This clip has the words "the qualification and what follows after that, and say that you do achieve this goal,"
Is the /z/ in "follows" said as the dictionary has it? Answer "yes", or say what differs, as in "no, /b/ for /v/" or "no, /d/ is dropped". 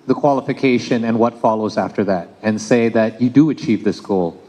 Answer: yes